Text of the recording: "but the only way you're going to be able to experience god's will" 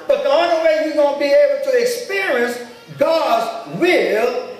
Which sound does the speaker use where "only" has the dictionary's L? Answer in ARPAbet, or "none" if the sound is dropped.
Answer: none